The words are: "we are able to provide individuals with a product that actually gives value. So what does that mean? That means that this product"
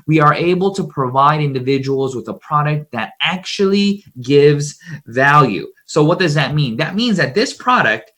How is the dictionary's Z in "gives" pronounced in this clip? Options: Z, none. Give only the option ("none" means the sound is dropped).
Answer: Z